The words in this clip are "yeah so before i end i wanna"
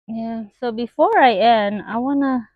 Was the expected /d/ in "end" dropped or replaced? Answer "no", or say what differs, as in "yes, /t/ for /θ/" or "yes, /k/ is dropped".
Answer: yes, /d/ is dropped